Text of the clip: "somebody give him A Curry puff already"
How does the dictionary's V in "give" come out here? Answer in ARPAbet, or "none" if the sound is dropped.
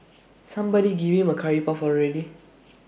B